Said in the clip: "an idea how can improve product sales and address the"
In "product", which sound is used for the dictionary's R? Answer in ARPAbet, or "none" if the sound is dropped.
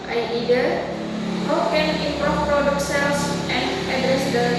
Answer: R